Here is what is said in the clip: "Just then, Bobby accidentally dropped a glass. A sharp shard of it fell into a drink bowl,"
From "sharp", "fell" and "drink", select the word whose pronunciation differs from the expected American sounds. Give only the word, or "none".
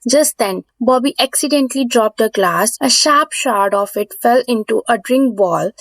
none